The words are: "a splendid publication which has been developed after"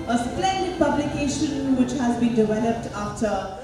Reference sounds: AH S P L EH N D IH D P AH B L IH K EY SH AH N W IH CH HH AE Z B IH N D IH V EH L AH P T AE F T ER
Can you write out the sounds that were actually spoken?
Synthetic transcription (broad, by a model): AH S P L EH N D IH D P AH B L IH K EY SH AH N W IH CH HH AE Z B IH N D IH V EH L AH P T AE F T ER